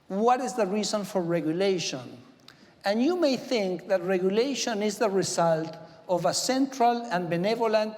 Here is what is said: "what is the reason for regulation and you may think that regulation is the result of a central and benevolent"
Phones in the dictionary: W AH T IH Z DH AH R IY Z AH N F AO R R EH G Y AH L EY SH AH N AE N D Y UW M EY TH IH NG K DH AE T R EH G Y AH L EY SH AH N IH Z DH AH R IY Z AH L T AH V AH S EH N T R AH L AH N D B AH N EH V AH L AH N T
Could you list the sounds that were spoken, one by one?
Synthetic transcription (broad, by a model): W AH T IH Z DH AH R IY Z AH N F AO R R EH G Y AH L EY SH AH N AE N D Y UW M EY TH IH NG K DH AE T R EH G Y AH L EY SH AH N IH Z DH AH R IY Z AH L T AH V AH S EH N T R AH L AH N B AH N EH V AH L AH N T